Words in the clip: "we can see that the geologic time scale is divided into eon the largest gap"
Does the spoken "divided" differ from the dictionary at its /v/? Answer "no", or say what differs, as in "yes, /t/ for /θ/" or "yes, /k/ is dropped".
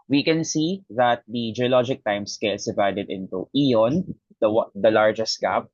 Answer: no